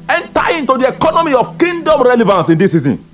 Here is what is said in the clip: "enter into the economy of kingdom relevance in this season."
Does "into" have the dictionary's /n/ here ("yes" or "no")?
yes